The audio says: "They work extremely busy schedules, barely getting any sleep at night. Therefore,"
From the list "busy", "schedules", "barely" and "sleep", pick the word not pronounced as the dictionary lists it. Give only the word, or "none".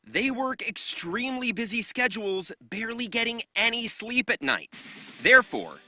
none